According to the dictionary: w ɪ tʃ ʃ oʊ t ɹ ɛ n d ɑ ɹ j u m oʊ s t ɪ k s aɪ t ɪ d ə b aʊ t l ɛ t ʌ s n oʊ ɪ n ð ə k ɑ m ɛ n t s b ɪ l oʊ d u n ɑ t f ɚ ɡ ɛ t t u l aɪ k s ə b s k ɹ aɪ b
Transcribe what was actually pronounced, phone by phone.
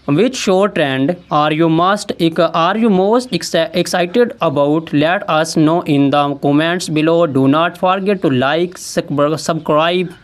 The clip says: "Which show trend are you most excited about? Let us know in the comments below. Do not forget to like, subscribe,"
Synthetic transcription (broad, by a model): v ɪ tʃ ʃ oʊ t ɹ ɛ n d ɑ ɹ j u m oʊ s t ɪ k s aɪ t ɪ d ə b aʊ t l ɛ t ʌ s n oʊ ɪ n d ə k ɑ m ɛ n t s b ɪ l oʊ d u n ɑ t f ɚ ɡ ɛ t t u l aɪ k s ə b s k ɹ aɪ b